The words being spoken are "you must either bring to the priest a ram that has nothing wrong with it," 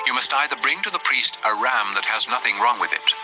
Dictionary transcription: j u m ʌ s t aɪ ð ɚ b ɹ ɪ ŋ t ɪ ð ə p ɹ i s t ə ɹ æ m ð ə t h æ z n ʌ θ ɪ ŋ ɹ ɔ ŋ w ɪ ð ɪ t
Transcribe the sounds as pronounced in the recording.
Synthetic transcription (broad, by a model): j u m ʌ s t aɪ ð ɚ b ɹ ɪ ŋ t ɪ ð ə p ɹ i s t ə ɹ æ m ð ə t h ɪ z n ʌ θ ɪ ŋ ɹ ɔ ŋ w ɪ ð ɪ t